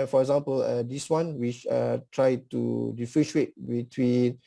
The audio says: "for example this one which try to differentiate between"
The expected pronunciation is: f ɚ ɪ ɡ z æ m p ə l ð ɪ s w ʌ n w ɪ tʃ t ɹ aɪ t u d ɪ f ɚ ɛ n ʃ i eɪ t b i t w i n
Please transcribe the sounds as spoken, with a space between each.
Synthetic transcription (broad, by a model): f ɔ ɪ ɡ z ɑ m p ə l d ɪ s w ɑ n w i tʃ t ɹ aɪ t u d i f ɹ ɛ ʃ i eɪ t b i t w i n